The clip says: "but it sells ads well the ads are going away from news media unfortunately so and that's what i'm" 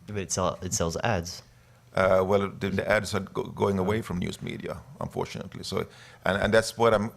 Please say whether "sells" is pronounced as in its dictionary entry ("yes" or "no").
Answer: yes